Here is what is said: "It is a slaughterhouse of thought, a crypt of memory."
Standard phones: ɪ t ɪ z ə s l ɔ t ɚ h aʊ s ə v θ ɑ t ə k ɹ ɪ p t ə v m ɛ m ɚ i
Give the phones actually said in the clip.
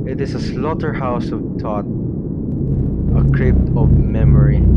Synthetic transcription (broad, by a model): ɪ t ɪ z ə s l ɔ t ɚ h aʊ s ə v t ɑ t ə k ɹ ɪ p t ə v m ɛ m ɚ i